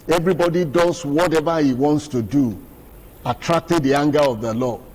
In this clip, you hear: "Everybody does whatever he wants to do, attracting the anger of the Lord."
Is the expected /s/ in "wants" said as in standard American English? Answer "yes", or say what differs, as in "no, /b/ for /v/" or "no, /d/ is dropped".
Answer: yes